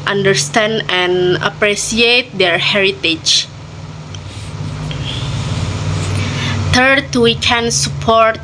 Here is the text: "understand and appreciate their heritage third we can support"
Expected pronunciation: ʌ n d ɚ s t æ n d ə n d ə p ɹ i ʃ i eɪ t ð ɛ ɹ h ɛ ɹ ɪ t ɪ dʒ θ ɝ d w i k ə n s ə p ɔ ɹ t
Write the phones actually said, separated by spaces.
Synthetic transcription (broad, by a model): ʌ n d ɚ s t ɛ n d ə n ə p ɹ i s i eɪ t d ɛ ɹ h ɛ ɹ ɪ t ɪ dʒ t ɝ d w i k ə n s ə p ɔ ɹ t